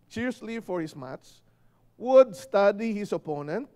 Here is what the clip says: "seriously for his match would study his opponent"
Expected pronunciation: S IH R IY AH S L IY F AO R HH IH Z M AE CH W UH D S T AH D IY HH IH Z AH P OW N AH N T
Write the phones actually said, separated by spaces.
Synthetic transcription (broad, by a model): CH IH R S L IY F AO R HH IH S M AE S W UH D S T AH D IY HH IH S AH P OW N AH N T